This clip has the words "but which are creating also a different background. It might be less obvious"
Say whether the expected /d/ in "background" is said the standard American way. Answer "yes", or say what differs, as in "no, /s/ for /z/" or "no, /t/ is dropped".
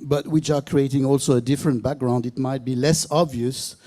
yes